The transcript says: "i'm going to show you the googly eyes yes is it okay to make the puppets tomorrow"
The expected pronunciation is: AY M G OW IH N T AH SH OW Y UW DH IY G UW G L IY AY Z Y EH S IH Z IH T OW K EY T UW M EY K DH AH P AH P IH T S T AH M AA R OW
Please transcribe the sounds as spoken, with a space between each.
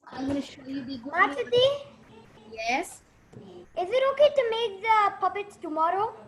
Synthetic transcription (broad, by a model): AY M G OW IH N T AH SH OW Y UW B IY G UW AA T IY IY Y EH S IH Z IH T OW K EY T UW M EY K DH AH P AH B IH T T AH M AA R OW